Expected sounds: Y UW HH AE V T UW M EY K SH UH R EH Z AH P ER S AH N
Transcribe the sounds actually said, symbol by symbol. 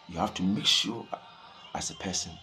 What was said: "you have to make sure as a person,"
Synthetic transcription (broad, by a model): Y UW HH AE F T UW M EY K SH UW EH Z AH P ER S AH N